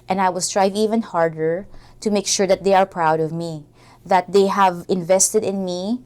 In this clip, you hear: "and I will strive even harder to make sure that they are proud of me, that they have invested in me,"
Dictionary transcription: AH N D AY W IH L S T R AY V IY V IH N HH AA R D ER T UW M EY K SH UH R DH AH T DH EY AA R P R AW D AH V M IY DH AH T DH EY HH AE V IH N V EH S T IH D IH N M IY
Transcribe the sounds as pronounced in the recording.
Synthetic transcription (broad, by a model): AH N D AY W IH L S T R AY V IY V IH N HH AA R D ER T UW M EY K SH UH R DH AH T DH EY AA R P R AW D AH V M IY DH AH T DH EY HH AE V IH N V EH S T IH D IH N M IY